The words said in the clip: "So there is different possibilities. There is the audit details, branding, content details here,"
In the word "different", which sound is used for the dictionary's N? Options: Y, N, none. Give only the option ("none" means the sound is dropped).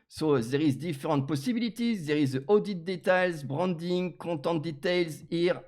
none